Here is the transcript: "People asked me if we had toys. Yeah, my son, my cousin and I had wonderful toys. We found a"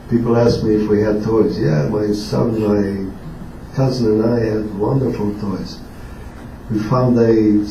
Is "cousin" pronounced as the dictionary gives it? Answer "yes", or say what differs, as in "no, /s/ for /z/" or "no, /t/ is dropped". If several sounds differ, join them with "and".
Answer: yes